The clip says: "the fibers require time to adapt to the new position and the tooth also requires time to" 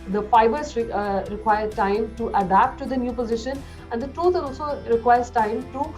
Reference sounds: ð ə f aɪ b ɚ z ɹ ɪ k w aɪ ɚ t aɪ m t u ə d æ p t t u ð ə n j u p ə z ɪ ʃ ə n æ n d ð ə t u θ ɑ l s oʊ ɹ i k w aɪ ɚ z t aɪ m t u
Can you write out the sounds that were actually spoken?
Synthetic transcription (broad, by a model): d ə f aɪ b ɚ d ɹ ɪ k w aɪ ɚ t aɪ m t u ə d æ p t t u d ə n j u p ə z ɪ ʃ ə n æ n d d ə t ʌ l ɑ l s oʊ ɹ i k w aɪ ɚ s t aɪ m t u